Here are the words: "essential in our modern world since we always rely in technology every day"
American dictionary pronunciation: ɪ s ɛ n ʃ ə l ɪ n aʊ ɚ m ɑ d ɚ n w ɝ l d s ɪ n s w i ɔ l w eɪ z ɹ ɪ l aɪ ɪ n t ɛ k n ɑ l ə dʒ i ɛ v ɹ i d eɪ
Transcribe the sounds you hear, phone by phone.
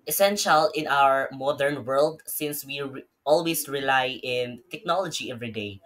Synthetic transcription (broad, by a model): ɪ s ɛ n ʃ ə l ɪ n aʊ ɚ m ɑ d ɚ n w ɝ l d s ɪ n s w i ɔ l w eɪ s ɹ ɪ l aɪ ɪ n t ɛ k n ɑ l ə dʒ i ɛ v ɹ i d eɪ